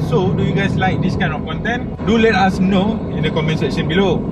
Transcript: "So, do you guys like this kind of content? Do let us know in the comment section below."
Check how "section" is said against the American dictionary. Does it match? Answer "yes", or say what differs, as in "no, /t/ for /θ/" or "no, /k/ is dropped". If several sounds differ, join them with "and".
no, /k/ is dropped